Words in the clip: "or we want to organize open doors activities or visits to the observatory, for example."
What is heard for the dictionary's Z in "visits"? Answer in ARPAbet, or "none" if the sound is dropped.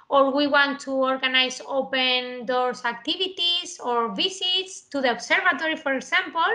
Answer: S